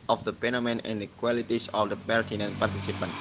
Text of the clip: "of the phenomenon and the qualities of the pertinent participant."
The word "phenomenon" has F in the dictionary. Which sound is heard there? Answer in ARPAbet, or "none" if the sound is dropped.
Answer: P